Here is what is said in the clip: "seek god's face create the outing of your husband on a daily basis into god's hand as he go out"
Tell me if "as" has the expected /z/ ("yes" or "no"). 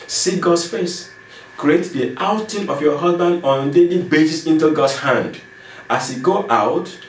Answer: no